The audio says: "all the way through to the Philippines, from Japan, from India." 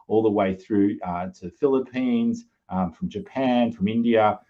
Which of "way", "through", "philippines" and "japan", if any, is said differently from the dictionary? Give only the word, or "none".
none